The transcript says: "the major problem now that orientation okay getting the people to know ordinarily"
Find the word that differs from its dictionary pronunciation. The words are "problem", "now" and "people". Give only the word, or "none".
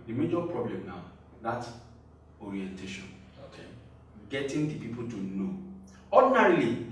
none